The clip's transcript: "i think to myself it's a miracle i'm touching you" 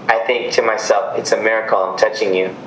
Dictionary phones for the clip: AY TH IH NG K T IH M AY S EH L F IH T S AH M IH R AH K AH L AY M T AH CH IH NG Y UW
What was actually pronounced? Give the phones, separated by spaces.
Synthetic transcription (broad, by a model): AY TH IH NG K T IH M AY S EH L F IH T S AH M IH R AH K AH L AY M T AH CH IH NG Y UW